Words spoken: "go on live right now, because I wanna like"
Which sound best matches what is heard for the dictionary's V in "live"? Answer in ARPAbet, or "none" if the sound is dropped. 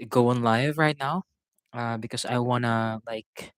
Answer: V